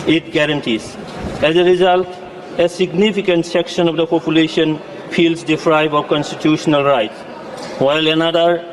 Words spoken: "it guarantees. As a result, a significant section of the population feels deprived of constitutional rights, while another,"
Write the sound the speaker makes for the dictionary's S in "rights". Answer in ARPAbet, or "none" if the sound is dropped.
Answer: none